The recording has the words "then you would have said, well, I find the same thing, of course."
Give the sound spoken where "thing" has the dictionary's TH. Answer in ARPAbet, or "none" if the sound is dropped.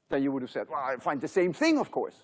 TH